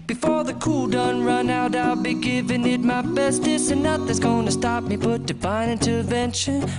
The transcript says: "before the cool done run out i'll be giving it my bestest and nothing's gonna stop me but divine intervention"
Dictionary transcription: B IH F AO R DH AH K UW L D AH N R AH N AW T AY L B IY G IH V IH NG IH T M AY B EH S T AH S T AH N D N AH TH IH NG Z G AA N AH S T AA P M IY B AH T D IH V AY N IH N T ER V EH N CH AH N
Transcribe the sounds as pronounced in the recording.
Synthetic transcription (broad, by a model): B IH F AO R DH AH K UW L D AH N R AH N AW T AY L B IY G IH V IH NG IH T M AY B EH S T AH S AH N N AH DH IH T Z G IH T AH S T AA P M IY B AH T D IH B AY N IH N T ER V EH N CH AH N